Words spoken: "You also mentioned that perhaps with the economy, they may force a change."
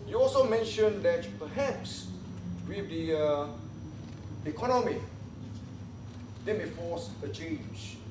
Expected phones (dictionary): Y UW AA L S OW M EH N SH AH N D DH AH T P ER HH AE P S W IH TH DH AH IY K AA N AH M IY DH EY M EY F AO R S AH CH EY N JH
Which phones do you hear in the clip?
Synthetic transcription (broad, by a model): Y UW AA L S OW M EH N SH AH N D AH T P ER HH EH P S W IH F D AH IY K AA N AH M IY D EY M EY F AO S AH CH EY N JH